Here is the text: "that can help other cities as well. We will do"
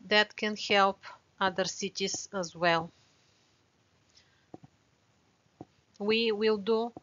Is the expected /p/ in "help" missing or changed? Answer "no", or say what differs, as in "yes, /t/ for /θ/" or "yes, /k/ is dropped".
no